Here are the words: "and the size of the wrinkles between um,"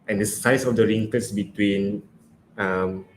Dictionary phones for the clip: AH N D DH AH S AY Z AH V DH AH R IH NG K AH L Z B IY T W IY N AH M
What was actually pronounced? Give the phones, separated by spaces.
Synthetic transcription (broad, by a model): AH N D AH S AY S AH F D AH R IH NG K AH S B IY T W IY N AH M